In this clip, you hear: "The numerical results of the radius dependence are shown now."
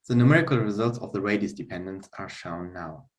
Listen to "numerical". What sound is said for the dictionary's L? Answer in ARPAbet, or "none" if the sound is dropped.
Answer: L